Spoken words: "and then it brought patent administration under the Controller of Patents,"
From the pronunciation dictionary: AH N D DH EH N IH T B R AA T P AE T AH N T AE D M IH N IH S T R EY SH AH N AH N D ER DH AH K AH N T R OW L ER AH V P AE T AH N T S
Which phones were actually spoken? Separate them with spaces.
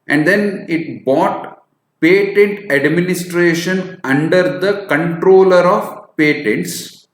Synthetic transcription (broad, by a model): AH N D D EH N IH T B AA T P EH T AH N T AE D M IH N IH S T R EY SH AH N AH N D ER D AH K AH N T R OW L ER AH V P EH T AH N T S